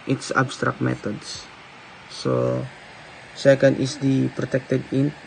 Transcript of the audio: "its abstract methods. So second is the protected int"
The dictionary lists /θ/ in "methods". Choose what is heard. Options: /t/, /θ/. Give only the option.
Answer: /t/